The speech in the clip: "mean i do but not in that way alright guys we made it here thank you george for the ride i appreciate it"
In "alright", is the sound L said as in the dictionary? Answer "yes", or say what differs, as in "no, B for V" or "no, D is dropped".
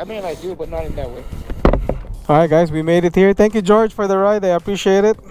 no, L is dropped